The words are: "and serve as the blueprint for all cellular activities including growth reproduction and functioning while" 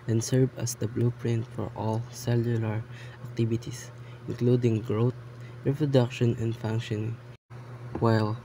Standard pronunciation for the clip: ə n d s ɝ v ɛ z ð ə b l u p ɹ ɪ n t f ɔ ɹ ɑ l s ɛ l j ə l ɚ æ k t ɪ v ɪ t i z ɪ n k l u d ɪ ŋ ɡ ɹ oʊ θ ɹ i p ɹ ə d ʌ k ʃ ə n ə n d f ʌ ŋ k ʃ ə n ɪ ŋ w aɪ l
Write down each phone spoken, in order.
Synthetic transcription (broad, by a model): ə n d s ɝ v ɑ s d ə b l u p ɹ ɪ n t f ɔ ɹ ɑ l s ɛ l j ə l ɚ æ k t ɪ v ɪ t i s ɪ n k l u d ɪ ŋ ɡ ɹ oʊ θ ɹ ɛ p ɹ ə d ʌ k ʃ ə n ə n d f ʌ ŋ k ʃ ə n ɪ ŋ w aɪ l